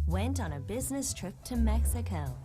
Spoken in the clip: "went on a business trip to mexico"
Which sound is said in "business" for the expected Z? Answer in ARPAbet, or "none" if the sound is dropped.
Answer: Z